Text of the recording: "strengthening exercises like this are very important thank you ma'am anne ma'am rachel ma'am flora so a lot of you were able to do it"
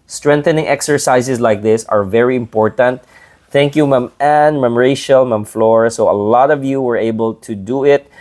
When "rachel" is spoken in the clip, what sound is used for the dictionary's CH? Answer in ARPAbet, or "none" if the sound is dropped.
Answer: SH